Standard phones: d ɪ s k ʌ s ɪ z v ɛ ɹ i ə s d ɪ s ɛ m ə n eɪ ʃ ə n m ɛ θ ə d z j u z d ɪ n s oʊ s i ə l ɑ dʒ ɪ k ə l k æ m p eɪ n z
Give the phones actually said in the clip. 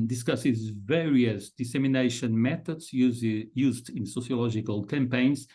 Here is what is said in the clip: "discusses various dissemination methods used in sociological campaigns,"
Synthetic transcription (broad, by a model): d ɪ s k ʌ s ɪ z v ɛ ɹ i ə s d ɪ s ɛ m ə n eɪ ʃ ə n m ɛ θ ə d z j u z d ɪ n s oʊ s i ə l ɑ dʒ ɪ k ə l k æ m p eɪ n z